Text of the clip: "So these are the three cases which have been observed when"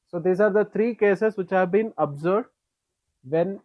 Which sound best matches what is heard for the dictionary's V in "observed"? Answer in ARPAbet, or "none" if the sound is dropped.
B